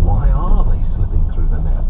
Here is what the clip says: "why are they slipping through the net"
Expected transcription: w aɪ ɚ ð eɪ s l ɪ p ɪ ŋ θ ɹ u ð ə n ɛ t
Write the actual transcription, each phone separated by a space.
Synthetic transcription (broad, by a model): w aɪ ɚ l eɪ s ɪ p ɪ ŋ θ ɹ u ð ə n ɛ